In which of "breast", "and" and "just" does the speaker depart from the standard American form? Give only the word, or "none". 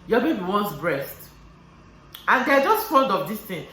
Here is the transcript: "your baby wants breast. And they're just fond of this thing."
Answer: none